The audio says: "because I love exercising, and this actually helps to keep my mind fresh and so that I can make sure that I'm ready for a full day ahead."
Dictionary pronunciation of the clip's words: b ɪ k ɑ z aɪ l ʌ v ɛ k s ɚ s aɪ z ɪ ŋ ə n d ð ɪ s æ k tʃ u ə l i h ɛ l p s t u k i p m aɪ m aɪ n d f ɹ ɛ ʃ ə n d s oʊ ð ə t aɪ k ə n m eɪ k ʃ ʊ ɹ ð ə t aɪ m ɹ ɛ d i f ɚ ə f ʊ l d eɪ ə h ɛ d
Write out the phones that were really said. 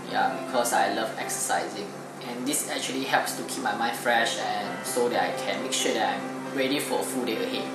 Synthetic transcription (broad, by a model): b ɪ k ɑ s aɪ l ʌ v ɛ k s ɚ s aɪ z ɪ ŋ ə n d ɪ s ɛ k tʃ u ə l i h ɛ l p s t u k i p m aɪ m aɪ n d f ɹ ɛ ʃ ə n s oʊ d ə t aɪ k ə n m eɪ k ʃ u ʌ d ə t aɪ m ɹ ɛ d i f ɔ ə f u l d eɪ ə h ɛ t